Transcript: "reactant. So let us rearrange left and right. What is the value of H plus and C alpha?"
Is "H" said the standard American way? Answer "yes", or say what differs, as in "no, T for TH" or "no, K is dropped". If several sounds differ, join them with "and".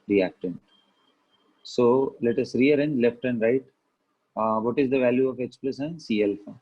no, S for CH